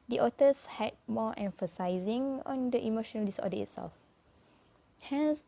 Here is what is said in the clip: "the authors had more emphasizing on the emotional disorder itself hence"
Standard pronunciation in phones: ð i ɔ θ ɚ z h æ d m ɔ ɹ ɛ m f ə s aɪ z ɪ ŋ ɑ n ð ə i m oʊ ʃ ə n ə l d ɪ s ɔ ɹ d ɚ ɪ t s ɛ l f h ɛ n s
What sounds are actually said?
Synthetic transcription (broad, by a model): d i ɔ t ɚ s h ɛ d m ɔ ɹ ɛ m f ə s aɪ z ɪ ŋ ɑ n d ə i m oʊ ʃ ə n ə l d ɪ s ɔ d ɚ ɪ t s ɛ l f h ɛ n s